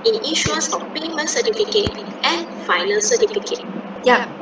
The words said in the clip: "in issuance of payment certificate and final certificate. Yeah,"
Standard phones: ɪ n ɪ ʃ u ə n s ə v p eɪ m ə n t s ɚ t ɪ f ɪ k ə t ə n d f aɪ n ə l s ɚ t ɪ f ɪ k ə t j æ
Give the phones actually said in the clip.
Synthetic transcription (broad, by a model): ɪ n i ʃ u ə s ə f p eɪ m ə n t s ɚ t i f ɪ k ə t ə n f aɪ n ə l s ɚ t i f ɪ k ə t j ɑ